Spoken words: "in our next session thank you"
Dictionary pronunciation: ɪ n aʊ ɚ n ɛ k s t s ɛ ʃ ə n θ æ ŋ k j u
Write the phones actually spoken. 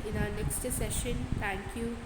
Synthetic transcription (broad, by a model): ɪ n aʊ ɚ n ɛ k s t s ɛ ʃ ə n t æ ŋ k j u